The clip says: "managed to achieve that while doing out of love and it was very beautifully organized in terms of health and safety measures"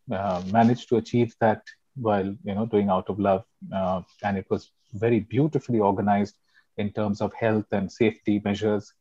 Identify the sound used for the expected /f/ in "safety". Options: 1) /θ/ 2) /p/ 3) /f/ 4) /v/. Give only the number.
3